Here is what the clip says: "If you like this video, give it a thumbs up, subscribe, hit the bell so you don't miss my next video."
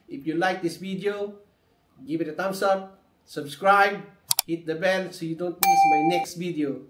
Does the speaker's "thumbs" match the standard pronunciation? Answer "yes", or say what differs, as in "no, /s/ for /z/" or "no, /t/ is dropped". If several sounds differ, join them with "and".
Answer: no, /t/ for /θ/ and /s/ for /z/